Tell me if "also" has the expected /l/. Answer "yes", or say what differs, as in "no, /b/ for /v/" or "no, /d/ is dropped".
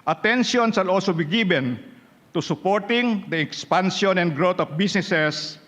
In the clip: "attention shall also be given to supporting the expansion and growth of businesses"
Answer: yes